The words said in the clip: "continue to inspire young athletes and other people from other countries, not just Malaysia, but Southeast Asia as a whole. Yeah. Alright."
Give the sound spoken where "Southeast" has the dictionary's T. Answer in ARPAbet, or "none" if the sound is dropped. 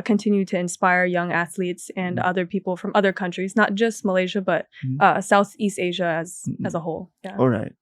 T